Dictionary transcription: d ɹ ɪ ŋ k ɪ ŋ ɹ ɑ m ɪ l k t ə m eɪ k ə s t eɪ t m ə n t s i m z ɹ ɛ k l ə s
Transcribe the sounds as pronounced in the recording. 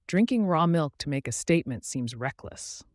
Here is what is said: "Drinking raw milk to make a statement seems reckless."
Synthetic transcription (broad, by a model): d ɹ ɪ ŋ k ɪ ŋ ɹ ɑ m ɪ l k t ə m eɪ k ə s t eɪ t m ə n t s i m z ɹ ɛ k l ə s